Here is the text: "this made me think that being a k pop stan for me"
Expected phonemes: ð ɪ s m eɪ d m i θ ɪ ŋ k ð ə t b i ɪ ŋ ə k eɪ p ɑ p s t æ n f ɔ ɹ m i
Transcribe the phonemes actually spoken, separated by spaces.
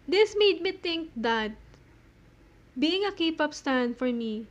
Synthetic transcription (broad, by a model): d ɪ s m eɪ d m i t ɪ ŋ k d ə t b i ɪ ŋ ə k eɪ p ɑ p s t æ n f ɔ ɹ m i